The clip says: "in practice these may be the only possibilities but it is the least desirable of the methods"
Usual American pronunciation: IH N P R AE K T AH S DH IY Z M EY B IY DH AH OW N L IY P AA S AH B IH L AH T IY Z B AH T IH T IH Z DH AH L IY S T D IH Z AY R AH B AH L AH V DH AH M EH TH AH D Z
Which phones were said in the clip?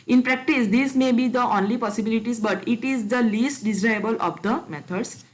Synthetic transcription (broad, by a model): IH N P R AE K T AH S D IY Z M EY B IY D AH OW N L IY P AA S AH B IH L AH T IY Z B AH T IH T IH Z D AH L IY S T D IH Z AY AH B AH L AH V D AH M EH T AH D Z